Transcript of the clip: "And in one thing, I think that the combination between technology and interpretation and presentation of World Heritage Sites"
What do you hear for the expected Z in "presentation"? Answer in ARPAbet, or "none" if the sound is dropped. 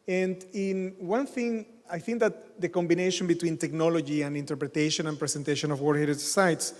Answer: S